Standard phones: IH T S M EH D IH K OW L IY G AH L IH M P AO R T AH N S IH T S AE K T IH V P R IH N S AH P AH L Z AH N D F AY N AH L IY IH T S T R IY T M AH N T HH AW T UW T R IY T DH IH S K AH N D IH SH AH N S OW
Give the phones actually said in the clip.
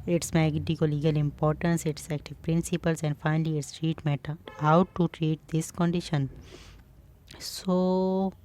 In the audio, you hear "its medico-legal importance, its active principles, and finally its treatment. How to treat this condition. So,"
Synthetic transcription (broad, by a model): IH T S M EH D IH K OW L IY G AH L IH M P AO R T AH N S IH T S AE K T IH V P R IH N S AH P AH L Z AH N D F AY N AH L IY IH T S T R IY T M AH T HH AW T UW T R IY T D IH S K AH N D IH SH AH N S OW